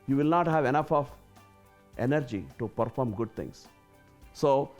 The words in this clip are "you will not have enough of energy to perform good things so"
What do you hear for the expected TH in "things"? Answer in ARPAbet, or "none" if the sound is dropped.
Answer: T